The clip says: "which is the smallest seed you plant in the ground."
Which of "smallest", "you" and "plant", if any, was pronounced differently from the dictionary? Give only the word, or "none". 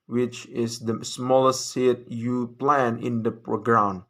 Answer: plant